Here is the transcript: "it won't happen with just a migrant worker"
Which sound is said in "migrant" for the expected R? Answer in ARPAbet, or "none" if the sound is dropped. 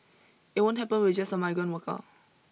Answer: none